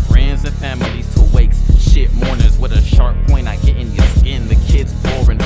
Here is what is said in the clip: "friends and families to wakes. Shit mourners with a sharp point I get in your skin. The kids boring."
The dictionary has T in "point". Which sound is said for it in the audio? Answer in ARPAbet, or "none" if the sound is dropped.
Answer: none